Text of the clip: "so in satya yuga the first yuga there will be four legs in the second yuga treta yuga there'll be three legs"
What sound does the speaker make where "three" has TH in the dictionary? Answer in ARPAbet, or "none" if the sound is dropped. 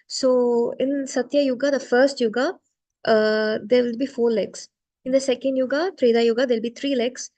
T